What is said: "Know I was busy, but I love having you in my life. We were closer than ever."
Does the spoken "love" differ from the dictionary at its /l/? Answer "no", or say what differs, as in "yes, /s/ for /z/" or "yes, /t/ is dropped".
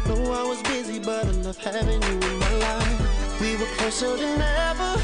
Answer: yes, /n/ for /l/